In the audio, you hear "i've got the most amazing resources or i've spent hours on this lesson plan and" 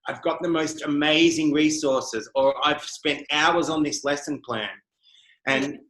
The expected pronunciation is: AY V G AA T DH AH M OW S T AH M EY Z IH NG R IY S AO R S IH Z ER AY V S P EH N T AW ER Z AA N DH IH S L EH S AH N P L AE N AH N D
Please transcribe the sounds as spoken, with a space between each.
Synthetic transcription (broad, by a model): AY V G AA T DH AH M OW S T AH M EY Z IH NG R IY S AO R S IH Z ER AY V S P EH N T AW ER Z N DH IH S L EH S AH N P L AE N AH N